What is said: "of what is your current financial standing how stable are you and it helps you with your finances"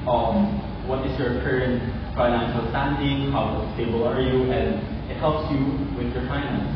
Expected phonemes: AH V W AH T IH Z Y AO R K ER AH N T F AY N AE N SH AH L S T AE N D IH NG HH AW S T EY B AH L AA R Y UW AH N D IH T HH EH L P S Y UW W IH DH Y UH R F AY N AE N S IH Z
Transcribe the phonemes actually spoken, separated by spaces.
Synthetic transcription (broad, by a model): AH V W AH T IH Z Y AO R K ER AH N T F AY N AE N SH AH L S T AE N D IH NG HH AW S T EY B AH L AA R Y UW AH N D IH T HH EH L P S Y UW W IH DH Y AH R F AY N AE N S